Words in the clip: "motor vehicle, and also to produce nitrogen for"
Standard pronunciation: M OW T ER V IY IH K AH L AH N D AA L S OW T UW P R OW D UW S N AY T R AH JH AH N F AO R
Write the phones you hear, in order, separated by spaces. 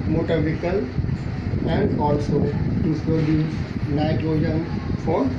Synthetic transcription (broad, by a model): M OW T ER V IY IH K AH L AH N D AA L S OW T UW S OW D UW N AY T R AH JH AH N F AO R